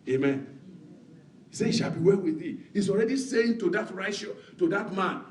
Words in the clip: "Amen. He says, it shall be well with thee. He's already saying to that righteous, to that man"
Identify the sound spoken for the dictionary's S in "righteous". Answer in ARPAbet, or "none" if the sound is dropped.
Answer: SH